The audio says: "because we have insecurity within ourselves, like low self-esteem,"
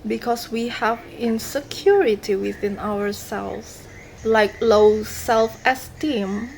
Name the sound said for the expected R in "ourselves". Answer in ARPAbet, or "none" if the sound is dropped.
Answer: W